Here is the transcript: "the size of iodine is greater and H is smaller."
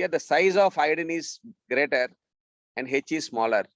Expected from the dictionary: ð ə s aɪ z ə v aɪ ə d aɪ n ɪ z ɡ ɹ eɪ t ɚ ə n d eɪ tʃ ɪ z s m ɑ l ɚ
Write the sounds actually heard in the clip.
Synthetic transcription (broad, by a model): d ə s aɪ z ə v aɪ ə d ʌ n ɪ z ɡ ɹ eɪ t ɚ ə n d eɪ tʃ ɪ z s m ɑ l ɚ